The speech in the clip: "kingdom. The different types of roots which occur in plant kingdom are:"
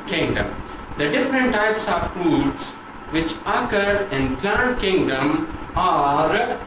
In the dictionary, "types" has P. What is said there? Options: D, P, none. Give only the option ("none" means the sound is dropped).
P